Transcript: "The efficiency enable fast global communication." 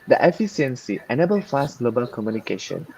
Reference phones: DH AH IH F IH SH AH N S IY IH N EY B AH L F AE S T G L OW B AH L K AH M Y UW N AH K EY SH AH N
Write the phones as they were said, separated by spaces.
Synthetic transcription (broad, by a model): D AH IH F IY S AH N S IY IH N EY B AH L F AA S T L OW B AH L K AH M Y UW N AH K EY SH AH N